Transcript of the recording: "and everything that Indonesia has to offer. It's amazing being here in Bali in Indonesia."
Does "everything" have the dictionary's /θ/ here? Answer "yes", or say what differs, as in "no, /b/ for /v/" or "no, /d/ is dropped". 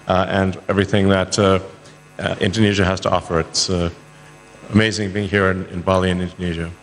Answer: yes